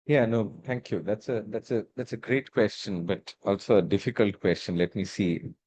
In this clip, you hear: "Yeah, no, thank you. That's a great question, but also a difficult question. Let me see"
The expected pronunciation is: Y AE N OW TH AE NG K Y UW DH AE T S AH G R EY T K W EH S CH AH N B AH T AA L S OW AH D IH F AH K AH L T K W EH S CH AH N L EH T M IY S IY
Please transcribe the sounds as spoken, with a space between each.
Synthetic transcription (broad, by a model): Y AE N OW T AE NG K Y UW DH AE T S AH G R EY T K W EH S CH AH N B AH T AA L S OW AH D IH F AH K AH L T K W EH S CH AH N L EH T M IY S IY